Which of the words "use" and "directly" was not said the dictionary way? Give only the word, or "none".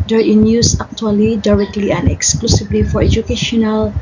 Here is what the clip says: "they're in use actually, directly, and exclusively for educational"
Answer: none